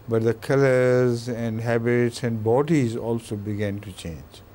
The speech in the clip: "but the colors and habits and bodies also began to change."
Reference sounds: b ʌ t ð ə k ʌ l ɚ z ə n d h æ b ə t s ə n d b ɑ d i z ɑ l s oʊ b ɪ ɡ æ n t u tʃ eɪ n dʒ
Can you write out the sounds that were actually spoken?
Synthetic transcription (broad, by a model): b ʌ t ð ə k ʌ l ɚ z ə n d h æ b ə t s ə n d b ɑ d i z ɑ l s oʊ b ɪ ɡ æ n t u tʃ eɪ n dʒ